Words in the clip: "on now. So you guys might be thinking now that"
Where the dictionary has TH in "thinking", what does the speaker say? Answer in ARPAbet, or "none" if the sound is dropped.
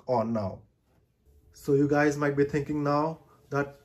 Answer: T